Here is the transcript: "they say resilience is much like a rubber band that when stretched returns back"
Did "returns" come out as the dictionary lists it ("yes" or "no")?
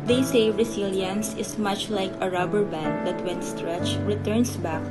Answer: no